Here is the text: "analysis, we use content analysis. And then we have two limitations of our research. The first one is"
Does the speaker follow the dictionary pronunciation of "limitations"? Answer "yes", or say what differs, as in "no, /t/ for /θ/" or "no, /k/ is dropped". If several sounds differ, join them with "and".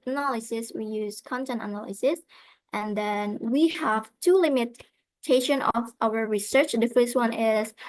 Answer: no, /z/ is dropped